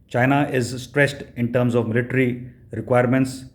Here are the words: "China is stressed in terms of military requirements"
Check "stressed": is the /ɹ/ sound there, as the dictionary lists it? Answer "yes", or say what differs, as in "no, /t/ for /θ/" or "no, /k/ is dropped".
yes